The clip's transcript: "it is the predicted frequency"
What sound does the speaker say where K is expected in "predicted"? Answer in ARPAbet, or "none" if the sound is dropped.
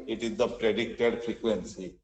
K